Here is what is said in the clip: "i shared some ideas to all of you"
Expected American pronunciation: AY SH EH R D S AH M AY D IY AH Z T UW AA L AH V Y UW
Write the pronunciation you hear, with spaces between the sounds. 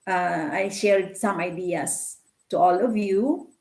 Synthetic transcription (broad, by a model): AY SH EH R D S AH M AY D IY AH S T UW AA L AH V Y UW